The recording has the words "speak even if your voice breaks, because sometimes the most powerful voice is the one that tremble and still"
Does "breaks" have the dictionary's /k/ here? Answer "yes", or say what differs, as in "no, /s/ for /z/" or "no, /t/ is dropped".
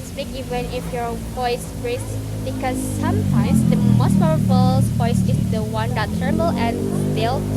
no, /k/ is dropped